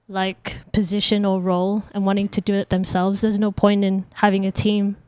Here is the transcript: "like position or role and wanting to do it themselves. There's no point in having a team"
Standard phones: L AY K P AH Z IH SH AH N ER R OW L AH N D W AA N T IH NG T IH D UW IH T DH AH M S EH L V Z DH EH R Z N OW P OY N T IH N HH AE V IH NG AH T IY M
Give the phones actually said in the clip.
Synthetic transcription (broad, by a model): L AY K P AH Z IH SH AH N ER R OW L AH N W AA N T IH NG T IH D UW IH T DH AH M S EH L V Z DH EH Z N OW P OY N T IH N HH AE V IH NG AH T IY M